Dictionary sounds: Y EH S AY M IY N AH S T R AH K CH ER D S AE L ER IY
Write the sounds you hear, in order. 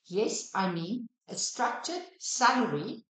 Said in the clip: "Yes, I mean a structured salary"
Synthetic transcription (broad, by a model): Y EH S AY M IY AH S T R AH K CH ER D S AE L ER IY